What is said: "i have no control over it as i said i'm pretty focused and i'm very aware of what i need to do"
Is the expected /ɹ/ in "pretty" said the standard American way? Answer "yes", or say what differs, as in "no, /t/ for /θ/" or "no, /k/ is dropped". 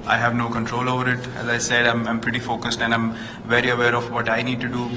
yes